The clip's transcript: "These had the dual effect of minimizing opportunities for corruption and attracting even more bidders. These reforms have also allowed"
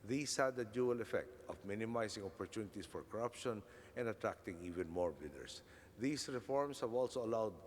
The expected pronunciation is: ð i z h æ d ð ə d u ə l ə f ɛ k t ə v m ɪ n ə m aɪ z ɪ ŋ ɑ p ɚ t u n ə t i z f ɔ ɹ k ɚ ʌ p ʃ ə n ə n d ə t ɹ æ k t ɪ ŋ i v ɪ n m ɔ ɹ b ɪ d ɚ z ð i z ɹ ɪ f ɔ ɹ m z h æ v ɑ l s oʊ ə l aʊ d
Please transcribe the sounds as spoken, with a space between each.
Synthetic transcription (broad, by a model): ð i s h æ d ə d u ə l ə f ɛ k t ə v m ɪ n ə m aɪ s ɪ ŋ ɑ p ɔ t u n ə t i s f ɔ ɹ k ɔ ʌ p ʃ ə n ə n d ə t ɹ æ k t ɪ ŋ i v ɪ n m ɔ ɹ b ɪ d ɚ s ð i s ɹ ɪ f ɔ ɹ m s h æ v ɑ l s oʊ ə l aʊ d